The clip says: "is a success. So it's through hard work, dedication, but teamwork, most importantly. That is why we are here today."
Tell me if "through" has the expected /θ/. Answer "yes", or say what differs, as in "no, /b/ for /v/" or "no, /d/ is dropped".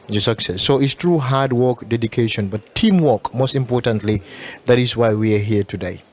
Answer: no, /t/ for /θ/